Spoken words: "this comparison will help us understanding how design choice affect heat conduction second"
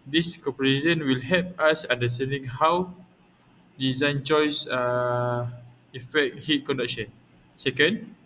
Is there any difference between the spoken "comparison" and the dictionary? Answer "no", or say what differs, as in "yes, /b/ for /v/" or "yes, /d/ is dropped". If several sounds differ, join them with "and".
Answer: yes, /m/ is dropped